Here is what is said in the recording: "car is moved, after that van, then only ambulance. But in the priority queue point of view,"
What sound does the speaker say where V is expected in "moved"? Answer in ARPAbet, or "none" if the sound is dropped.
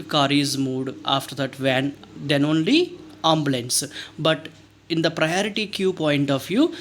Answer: none